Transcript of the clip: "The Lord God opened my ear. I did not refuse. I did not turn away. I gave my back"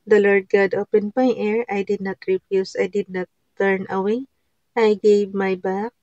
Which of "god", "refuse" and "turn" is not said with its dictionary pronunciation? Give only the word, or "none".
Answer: refuse